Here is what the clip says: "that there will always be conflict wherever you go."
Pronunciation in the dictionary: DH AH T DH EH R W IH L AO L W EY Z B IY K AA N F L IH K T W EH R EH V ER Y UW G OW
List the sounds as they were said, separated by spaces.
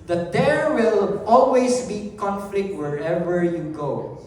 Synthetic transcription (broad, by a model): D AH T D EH R W IH L AO L W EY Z B IY K AA N F L IH K T W EH R EH V ER Y UW G OW